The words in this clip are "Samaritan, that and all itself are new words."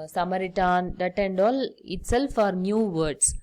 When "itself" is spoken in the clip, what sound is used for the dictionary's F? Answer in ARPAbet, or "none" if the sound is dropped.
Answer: F